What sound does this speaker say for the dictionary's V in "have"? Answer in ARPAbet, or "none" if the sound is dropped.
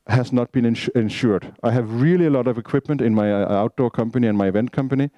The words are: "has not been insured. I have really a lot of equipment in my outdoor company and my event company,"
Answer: V